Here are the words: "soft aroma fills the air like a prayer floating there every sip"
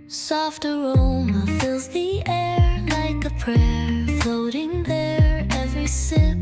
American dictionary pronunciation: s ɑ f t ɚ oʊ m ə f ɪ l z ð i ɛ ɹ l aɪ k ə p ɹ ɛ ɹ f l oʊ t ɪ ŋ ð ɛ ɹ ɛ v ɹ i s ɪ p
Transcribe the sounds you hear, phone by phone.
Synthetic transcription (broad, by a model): s ɑ f t ɚ oʊ m ə f ɪ l z ð i ɛ ɹ l aɪ k ə p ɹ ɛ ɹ f l oʊ t ɪ ŋ ð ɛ ɹ ɛ v ɹ i s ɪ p